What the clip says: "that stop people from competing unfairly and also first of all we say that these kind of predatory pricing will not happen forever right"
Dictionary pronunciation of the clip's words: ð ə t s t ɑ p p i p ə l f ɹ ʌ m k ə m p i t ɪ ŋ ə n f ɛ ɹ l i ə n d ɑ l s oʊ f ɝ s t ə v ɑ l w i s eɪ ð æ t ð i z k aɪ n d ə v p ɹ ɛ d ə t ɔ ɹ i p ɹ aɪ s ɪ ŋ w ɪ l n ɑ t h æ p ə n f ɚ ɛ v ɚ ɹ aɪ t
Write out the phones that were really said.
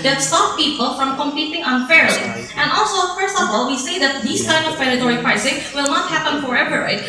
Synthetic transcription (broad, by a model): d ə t s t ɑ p p i p ə l f ɹ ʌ m k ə m p i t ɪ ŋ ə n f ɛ ɹ i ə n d ɑ l s oʊ f ɝ s t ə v ɑ l w i s eɪ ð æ t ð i s k aɪ n d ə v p ɛ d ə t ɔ ɹ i p ɹ aɪ s ɪ ŋ w ɪ l n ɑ t h æ p ə n f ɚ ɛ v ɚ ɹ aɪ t